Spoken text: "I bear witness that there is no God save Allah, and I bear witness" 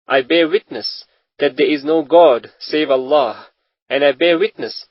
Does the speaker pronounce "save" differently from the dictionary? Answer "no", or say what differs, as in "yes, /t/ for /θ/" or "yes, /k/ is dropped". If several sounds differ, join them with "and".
no